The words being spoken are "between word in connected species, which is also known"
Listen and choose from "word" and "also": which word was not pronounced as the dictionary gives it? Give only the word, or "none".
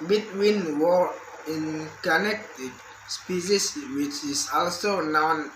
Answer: word